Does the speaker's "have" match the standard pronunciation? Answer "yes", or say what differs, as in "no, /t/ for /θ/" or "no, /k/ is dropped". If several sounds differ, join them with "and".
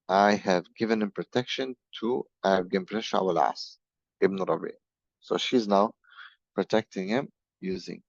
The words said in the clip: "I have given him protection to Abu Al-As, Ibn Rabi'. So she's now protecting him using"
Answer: yes